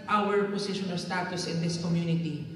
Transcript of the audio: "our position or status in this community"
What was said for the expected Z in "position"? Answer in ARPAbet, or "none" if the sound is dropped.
S